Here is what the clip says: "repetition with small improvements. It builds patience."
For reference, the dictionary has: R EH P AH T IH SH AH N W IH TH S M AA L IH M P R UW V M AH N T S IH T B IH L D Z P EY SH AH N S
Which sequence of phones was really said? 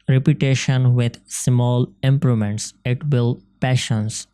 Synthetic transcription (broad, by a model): R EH P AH T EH SH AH N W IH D S M AA L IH M P R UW M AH N T S IH T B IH L P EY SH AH N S